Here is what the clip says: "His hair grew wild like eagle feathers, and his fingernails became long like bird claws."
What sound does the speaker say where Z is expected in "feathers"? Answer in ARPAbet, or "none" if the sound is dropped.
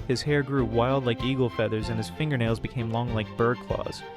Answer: Z